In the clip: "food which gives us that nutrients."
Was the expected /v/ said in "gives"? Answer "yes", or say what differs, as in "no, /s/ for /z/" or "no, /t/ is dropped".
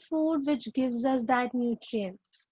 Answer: yes